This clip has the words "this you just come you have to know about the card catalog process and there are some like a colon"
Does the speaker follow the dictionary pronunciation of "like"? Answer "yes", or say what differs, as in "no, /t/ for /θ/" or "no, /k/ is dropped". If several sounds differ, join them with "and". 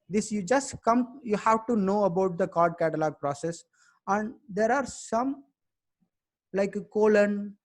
no, /k/ is dropped